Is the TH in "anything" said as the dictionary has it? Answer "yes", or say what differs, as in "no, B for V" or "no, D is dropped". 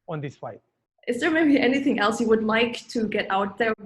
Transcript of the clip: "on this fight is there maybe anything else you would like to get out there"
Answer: yes